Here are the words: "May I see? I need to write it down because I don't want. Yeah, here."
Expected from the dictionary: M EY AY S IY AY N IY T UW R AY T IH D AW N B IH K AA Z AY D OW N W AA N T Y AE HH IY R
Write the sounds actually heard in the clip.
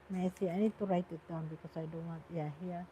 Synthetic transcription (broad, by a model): M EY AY S IY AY N IY T UW R AY T IH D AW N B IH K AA S AY D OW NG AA T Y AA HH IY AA